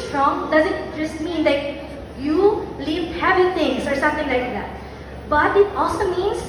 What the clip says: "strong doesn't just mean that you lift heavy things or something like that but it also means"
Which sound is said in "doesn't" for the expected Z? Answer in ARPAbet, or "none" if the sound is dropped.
Z